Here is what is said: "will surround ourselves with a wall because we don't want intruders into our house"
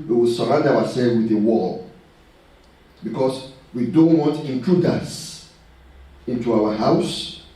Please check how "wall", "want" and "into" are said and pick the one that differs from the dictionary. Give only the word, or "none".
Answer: want